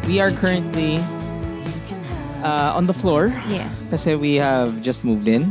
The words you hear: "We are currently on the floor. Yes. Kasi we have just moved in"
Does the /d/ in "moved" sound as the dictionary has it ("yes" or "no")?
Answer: yes